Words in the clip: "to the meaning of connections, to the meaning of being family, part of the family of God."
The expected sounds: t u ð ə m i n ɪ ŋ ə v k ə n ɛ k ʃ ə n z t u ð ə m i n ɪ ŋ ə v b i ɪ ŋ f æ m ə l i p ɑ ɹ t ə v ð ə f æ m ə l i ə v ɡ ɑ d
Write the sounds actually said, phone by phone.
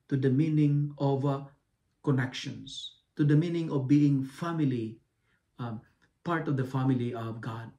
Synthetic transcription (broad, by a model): t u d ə m i n ɪ ŋ ə v k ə n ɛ k ʃ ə n s t u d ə m i n ɪ ŋ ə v b i ɪ ŋ f æ m ə l i p ɑ ɹ t ə v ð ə f æ m ə l i ə v ɡ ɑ d